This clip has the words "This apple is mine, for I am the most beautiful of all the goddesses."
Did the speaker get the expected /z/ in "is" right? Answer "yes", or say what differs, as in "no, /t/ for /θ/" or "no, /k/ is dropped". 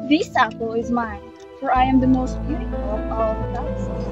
yes